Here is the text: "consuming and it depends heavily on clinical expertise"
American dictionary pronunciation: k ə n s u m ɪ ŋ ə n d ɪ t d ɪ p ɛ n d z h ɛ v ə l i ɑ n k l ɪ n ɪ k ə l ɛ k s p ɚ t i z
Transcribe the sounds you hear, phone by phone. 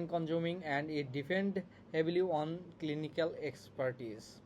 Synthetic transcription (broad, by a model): k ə n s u m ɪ ŋ ə n d ɪ t d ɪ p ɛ n d h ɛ b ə l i ɑ n k l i n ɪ k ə l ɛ k s p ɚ t i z